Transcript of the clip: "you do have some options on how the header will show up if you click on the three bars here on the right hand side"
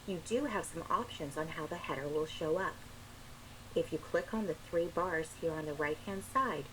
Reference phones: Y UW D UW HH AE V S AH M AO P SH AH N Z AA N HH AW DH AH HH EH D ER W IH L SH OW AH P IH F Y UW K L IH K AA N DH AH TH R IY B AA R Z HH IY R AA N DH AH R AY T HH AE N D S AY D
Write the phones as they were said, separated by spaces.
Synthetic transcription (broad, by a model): Y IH D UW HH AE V S AH M AO P SH AH N Z N HH AW DH AH HH EH D ER W IH L SH OW AH P IH F Y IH K L IH K N DH AH TH R IY B AA R Z HH IY R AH N DH AH R AY T HH AE N D S AY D